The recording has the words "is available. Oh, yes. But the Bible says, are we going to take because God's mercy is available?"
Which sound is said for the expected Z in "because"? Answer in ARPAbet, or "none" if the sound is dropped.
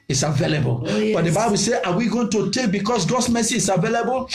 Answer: S